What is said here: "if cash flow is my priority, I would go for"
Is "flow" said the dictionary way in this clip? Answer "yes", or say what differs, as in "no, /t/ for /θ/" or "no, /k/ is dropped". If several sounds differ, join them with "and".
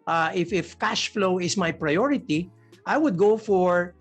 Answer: yes